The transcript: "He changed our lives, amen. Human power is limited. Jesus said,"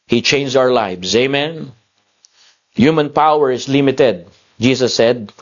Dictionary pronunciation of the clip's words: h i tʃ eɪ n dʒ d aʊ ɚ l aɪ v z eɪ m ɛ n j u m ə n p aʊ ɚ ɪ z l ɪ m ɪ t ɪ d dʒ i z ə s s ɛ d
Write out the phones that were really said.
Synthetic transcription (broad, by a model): h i tʃ eɪ n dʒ aʊ ɚ l aɪ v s eɪ m ɛ n j u m ə n p aʊ ɚ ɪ s l ɪ m ɪ t ɪ d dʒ i s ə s s ɛ d